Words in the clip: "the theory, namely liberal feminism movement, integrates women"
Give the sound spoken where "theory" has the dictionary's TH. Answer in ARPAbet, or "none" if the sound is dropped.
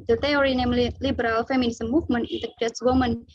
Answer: T